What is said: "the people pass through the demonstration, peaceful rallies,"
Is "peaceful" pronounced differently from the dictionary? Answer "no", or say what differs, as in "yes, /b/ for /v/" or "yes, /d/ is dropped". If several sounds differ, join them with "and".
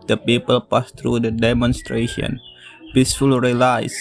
no